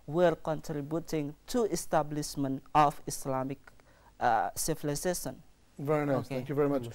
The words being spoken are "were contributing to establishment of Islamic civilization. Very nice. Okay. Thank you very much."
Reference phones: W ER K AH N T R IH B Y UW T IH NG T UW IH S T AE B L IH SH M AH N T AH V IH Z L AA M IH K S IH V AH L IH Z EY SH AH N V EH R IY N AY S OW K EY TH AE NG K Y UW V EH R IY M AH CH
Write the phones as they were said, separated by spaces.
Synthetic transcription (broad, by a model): W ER K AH N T R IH B Y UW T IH NG T UW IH S T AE B L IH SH M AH N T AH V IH S L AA M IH K S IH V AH L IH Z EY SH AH N V EH R IY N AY OW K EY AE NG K Y UW V EH R IY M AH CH